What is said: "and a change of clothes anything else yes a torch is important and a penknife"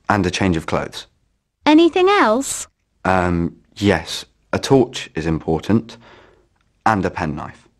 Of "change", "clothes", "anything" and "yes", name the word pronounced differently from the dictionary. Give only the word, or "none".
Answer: none